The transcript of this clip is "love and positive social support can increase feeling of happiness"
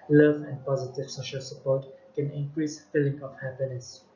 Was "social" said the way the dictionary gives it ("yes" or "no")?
yes